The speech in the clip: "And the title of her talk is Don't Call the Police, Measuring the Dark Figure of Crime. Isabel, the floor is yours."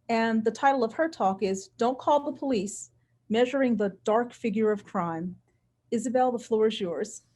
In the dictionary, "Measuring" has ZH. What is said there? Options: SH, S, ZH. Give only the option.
ZH